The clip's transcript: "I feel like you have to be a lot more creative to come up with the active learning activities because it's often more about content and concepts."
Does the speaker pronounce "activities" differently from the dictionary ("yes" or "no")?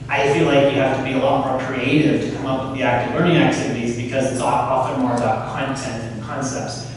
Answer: no